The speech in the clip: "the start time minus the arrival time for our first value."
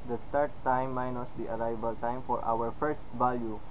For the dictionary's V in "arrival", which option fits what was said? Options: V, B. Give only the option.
B